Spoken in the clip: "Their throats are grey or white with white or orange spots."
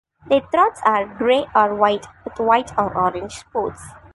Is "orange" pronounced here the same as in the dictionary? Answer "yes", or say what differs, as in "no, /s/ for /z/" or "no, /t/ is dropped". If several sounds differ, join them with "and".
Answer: yes